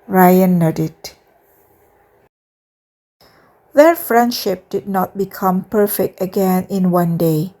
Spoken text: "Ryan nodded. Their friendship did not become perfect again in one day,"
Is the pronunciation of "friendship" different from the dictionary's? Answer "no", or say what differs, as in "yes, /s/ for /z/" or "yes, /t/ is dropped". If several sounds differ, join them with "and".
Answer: no